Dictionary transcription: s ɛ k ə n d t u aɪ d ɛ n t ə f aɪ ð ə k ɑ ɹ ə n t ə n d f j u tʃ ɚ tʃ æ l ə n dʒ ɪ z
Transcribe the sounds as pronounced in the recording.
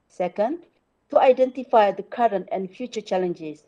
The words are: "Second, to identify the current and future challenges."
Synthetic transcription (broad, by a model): s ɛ k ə n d t u aɪ d ɛ n t ə f aɪ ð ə k ɑ ɹ ə n t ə n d f j u tʃ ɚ tʃ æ l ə n dʒ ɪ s